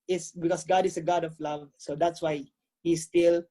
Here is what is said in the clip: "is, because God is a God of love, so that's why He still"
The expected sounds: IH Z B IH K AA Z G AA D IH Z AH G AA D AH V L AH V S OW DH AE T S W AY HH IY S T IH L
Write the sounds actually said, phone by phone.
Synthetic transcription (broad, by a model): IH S B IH K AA S G AA D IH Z AH G AA D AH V L AH V S OW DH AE T S W AY HH IY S T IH L